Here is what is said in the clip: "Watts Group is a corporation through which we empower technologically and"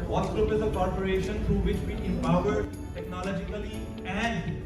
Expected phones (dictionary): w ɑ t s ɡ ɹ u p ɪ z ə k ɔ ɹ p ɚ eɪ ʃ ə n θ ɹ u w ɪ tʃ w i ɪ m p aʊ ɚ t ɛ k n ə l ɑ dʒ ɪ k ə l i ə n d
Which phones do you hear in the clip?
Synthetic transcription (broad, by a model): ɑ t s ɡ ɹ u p ɪ z ə k ɔ ɹ p ɚ eɪ ʃ ə n t ɹ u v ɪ tʃ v i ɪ m p aʊ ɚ t ɛ k n ə l ɑ dʒ ɪ k ə l i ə n d